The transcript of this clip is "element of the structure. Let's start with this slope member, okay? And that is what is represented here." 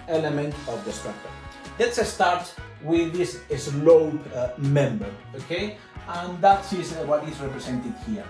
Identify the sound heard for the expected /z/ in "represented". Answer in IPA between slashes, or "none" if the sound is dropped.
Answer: /s/